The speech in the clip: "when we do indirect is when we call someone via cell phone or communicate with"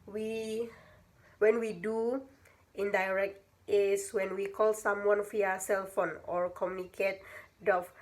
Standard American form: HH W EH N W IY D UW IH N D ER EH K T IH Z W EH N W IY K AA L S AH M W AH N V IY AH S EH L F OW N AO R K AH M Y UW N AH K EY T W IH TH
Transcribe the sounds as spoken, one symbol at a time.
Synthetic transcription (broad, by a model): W W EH N W IY D UW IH N D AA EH K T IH S W EH N W IY K AA L S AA M W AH N F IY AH S EH L F OW N AO R K AH M Y UW N AH K EY T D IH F